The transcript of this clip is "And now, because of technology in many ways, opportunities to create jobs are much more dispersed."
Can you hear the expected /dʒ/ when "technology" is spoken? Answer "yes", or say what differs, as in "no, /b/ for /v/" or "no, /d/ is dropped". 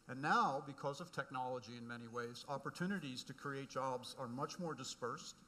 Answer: yes